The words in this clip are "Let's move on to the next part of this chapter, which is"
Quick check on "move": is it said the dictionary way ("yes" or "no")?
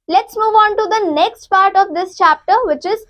yes